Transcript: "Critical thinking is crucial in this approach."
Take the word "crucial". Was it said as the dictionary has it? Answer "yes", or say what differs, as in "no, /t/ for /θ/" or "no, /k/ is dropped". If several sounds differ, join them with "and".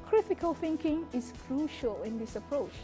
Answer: yes